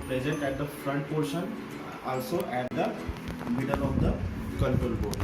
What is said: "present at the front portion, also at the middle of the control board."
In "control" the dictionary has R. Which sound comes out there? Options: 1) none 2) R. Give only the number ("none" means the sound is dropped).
1